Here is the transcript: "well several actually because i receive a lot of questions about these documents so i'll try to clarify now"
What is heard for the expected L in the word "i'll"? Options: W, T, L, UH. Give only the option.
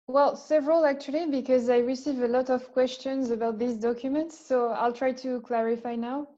L